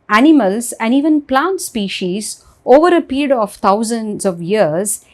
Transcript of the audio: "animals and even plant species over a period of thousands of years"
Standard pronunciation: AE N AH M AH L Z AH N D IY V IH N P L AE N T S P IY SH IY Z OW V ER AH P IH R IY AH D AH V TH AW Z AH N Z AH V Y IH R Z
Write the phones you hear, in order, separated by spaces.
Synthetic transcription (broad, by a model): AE N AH M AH L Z AH N D IY V IH N P L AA N T S P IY SH IY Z OW V ER AH P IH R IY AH D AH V T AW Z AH N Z AH V Y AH R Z